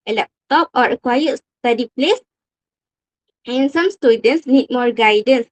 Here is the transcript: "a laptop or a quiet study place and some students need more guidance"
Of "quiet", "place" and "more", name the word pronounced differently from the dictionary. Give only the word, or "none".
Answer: none